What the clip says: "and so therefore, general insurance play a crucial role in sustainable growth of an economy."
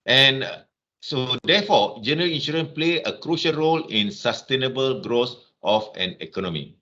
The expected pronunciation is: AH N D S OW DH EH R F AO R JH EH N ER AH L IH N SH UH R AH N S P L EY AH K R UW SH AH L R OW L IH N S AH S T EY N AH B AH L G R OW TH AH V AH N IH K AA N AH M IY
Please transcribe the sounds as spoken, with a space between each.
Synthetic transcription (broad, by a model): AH N S OW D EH F AO JH EH N ER AH L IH N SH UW R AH N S P L EY AH K R UW SH AH L R OW L IH N S AH S T EY N AH B AH L G R OW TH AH F AH N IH K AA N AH M IY